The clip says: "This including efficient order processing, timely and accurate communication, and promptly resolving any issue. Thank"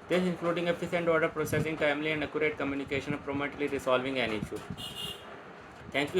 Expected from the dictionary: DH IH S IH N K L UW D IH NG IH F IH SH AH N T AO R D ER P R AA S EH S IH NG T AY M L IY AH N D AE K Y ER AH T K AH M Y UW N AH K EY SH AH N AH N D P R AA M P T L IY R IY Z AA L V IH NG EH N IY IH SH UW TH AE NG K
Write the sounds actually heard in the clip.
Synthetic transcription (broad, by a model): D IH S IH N K L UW D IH NG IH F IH S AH N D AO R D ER P R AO S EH S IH NG T AY M L IY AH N D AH K Y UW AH T K AH M Y UW N AH K EY SH AH N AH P R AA M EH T L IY R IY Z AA L V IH NG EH N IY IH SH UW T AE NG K